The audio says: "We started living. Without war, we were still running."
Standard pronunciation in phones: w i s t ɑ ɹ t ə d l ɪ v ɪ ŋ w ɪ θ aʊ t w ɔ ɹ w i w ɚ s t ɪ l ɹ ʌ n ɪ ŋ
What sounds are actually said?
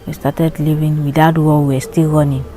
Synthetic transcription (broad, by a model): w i s t ɑ t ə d l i v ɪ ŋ w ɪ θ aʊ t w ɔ l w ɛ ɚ s t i l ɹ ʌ n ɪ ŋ